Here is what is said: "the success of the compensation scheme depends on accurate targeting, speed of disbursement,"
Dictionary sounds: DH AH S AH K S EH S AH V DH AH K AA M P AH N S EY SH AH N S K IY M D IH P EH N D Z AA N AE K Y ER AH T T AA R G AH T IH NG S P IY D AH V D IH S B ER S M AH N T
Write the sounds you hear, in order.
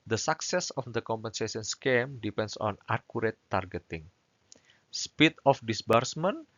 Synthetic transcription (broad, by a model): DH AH S AH K S EH S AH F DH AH K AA M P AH N S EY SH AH N S K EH M D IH P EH N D S AA N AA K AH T T AA R G AH T IH NG S P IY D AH F D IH S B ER S M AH N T